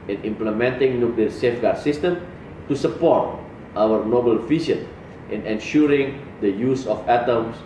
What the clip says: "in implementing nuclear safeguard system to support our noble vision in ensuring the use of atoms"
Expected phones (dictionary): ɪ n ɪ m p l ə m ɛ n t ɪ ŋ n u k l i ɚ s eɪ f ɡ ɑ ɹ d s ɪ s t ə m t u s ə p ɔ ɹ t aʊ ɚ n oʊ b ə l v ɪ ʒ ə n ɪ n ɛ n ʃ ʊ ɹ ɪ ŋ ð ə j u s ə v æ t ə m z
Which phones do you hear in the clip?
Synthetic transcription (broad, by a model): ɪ n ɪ m p l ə m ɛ n t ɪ ŋ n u k l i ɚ s eɪ f ɡ ɑ ɹ d s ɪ s t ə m t u s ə p ɔ ɹ t aʊ ɚ n oʊ b ə l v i s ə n ɪ n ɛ n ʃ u ɹ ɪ ŋ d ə j u s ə f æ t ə m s